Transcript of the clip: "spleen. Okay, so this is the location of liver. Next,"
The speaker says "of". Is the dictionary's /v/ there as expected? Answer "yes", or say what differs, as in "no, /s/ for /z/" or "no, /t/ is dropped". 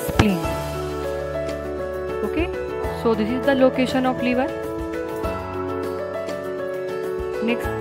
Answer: no, /p/ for /v/